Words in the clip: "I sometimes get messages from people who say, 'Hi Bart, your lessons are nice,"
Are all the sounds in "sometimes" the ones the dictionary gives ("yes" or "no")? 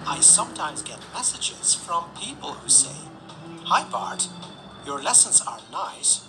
yes